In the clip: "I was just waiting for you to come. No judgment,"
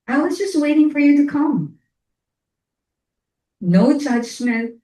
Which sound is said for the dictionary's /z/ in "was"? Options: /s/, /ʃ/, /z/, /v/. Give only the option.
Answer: /z/